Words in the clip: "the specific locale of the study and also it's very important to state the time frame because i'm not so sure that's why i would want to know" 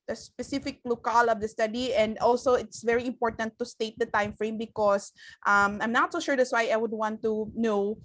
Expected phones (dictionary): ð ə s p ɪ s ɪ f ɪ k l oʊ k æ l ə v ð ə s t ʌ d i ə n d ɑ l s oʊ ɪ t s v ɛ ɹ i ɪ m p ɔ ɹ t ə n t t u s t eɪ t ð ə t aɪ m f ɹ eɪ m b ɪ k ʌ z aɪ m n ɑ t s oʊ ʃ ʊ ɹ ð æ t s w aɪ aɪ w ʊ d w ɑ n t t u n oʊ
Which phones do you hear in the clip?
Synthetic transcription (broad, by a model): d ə s p ɪ s ɪ f ɪ k l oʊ k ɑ l ə v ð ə s t ʌ d i ə n d ɑ l s oʊ ɪ t s v ɛ ɹ i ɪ m p ɔ ɹ t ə n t t u s t eɪ t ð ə t aɪ m f ɹ eɪ m b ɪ k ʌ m aɪ m n ɑ t s oʊ ʃ ʊ ɹ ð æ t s w aɪ aɪ w ʊ d w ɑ n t t u n oʊ